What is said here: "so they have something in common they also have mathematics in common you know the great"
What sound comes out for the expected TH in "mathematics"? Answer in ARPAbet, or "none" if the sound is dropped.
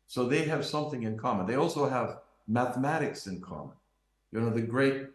TH